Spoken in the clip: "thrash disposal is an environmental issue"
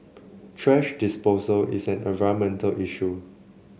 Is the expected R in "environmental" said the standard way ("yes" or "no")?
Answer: no